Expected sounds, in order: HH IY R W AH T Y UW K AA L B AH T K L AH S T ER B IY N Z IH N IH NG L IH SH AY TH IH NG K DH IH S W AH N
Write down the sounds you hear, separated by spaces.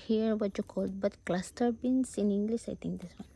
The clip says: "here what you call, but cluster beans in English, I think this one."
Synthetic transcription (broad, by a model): HH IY R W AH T Y UW K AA L B AH T K L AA S T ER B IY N S IH N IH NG L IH S AY T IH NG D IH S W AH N